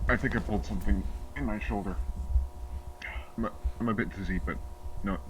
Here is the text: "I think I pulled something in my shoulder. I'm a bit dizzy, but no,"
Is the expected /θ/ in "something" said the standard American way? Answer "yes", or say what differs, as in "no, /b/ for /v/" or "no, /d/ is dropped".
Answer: yes